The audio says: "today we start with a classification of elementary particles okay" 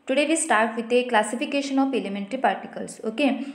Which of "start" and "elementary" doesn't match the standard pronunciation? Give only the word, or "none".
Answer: none